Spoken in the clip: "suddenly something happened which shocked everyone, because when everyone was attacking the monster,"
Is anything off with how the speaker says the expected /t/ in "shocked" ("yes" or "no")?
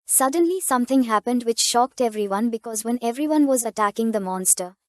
no